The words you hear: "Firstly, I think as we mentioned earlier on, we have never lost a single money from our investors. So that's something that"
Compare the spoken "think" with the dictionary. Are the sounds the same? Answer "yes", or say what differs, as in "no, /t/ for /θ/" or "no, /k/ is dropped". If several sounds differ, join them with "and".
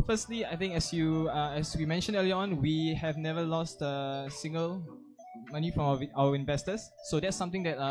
no, /t/ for /θ/